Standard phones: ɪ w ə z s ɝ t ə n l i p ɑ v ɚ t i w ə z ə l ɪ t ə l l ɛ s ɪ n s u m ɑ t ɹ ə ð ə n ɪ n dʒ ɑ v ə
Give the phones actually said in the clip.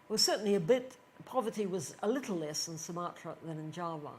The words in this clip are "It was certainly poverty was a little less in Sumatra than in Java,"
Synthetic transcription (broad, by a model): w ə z s ɝ t n l i p ɑ v ɚ t i w ə z ə l ɪ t l l ɛ s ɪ n s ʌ m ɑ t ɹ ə ð ə n ɪ n dʒ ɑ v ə